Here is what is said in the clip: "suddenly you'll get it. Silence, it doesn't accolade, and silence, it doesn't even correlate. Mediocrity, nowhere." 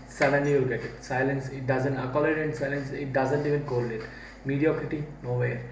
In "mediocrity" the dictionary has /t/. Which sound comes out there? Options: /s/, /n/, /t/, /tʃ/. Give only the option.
/t/